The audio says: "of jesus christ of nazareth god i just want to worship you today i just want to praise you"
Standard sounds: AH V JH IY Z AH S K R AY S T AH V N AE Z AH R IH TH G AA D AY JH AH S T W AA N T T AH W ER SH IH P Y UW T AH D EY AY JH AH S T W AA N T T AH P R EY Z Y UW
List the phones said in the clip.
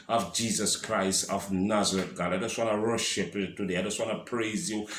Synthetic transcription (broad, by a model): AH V JH IY Z AH S K R AY S T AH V N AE Z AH R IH T G AA D AY JH AH S T W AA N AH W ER SH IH P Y T AH D EY AY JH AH S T W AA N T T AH P R EY Z Y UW